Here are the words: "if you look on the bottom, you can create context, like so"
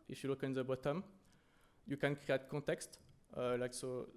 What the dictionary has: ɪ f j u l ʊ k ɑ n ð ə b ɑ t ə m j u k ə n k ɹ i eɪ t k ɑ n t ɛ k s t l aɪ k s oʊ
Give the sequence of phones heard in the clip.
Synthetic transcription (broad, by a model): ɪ f j u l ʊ k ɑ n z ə b ɑ t ə m j u k ə n k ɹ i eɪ t k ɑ t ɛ k s t l aɪ k s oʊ